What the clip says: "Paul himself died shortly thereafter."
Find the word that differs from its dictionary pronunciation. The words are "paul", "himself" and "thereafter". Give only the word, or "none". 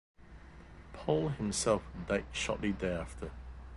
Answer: thereafter